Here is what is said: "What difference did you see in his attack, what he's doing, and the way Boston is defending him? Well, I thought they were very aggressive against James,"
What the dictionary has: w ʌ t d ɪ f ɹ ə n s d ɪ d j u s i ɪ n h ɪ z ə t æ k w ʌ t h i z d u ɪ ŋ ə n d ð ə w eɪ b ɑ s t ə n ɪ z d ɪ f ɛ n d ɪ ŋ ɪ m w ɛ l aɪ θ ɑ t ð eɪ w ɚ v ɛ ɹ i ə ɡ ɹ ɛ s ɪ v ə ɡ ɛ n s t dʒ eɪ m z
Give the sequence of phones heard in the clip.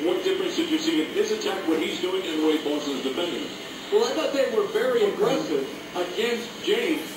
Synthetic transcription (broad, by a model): w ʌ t d ɪ f ɹ ə n s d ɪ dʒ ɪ s i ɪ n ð ɪ s ə t æ k w ʌ t h i z d u ɪ ŋ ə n ð ə w eɪ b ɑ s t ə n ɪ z d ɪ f ɛ n d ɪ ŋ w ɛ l aɪ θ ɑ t ð eɪ w ɚ v ɛ ɹ i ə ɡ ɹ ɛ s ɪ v ə ɡ ɛ n s t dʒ eɪ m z